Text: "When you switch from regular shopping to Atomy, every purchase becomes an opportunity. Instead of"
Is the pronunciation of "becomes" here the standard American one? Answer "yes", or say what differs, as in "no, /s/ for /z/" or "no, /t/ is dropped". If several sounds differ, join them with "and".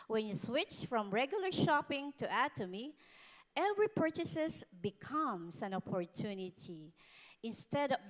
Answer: no, /s/ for /z/